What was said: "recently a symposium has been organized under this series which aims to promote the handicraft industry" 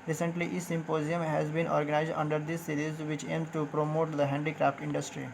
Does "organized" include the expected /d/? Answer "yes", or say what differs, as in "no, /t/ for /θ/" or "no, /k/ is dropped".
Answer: yes